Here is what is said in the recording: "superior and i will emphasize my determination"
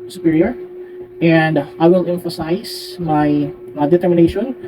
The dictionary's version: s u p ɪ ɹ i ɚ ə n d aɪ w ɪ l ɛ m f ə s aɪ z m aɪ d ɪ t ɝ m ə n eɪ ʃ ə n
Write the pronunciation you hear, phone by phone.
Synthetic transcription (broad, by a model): s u p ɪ ɹ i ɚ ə n d aɪ w ɪ l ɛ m f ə s aɪ s m aɪ d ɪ t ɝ m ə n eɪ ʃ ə n